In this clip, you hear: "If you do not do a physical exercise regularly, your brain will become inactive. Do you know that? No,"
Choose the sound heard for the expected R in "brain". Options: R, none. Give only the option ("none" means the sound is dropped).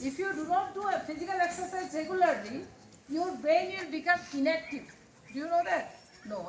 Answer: none